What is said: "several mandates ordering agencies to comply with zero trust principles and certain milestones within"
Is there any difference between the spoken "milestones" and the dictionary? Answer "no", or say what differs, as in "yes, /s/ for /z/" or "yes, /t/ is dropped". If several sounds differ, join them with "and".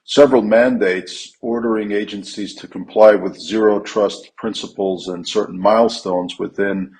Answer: no